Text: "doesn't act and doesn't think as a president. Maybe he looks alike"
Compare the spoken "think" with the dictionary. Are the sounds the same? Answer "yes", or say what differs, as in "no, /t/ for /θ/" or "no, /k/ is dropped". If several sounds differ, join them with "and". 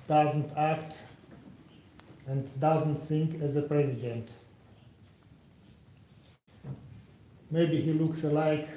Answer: no, /s/ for /θ/